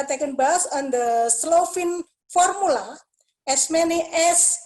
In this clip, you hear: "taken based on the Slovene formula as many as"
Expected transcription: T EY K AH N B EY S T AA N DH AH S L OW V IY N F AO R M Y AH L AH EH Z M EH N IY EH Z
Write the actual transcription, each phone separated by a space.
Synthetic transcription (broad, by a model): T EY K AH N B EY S AA N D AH S L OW F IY N F AO R M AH L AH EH S M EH N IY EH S